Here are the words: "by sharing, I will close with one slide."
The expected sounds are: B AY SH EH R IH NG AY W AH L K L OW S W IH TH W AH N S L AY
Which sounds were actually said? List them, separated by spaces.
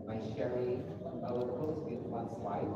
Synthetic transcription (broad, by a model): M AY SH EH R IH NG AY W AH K OW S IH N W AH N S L AY